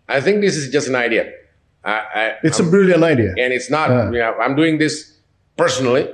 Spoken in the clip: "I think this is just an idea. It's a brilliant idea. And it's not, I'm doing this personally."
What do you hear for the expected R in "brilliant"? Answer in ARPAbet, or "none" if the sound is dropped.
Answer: none